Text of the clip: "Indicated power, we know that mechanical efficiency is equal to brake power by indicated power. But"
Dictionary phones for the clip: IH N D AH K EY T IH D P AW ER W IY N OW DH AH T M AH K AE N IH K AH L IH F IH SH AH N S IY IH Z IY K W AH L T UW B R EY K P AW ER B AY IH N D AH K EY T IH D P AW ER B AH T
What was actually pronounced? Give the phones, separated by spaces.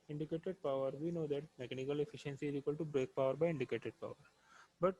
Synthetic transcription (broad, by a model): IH N D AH K EY T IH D P AW ER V IY N OW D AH T M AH K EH N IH K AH L IH F IH SH AH N S IY IH Z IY K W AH L T UW B R EY K P AW ER B AY IH N D AH K EY T IH D P AW ER B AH T